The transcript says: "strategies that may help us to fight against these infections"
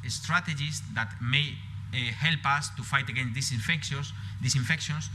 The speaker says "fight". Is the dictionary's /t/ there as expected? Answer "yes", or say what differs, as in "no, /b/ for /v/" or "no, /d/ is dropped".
yes